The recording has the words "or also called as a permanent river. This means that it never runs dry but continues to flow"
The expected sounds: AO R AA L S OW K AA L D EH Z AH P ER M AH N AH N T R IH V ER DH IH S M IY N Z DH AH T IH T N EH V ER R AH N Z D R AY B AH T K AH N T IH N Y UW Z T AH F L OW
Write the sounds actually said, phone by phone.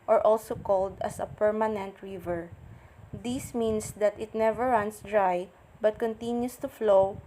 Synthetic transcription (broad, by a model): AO R AA L S OW K AA L D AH S AH P ER M AH N AH N T R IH V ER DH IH S M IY N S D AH T IH T N EH V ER R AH N S D R AY B AH T K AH N T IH N Y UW S T AH F L OW